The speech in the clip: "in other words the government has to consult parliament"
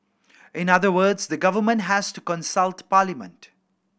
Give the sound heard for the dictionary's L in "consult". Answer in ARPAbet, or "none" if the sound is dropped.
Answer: L